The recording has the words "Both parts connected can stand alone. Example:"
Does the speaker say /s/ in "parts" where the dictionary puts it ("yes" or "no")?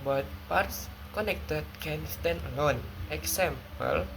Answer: yes